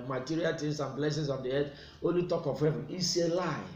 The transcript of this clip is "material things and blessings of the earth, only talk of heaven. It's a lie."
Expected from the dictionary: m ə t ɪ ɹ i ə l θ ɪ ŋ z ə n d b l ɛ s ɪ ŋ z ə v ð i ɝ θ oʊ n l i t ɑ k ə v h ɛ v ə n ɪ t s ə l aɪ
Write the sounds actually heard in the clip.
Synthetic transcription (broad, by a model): m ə t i ɹ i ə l t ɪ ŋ s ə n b l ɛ s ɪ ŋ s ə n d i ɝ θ oʊ n l i t ɑ k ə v h ɛ v ə n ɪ s ə l aɪ